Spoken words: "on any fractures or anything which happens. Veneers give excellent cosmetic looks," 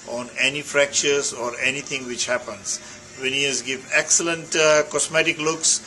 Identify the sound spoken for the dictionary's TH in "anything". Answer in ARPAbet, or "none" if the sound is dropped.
T